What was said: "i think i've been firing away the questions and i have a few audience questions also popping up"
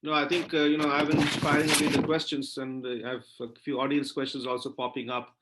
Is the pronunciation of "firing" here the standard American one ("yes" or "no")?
no